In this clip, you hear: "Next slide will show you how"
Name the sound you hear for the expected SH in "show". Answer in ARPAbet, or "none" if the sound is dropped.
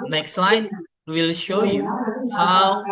SH